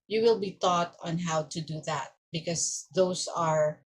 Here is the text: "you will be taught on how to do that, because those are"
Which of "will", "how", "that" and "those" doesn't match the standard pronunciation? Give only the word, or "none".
those